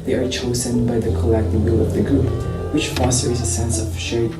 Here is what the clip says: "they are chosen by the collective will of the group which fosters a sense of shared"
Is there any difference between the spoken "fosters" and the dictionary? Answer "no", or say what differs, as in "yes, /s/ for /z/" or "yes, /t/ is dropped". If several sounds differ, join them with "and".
no